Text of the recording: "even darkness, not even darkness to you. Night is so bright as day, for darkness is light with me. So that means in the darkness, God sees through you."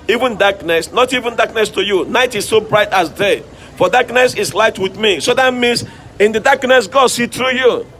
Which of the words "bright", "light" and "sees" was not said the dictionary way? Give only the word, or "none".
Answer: sees